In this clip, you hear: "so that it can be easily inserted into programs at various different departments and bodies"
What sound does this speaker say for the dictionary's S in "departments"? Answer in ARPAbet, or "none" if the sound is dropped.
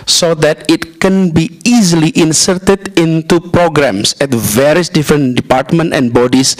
none